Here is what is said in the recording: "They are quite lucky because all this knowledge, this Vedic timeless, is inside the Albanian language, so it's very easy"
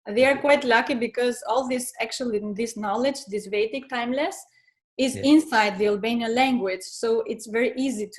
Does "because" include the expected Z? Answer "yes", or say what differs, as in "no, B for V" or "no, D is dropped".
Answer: yes